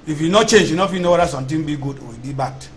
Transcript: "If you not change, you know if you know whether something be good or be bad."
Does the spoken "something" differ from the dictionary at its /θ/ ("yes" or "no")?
yes